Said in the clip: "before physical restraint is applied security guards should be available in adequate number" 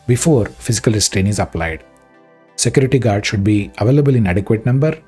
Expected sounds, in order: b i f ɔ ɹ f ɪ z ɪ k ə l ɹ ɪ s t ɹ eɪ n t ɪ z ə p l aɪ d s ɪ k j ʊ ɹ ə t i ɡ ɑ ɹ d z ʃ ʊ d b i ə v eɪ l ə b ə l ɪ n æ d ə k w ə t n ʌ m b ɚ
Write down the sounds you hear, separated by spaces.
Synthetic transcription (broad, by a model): b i f ɔ ɹ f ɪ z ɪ k ə l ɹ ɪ s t ɹ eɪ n ɪ z ə p l aɪ d s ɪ k j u ɹ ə t i ɡ ɑ ɹ d ʃ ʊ d b i ə v eɪ l ə b ə l ɪ n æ d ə k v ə t n ʌ m b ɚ